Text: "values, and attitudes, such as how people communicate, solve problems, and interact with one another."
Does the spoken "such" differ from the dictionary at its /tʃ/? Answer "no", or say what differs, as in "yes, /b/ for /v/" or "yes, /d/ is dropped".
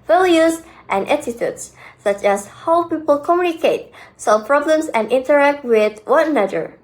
no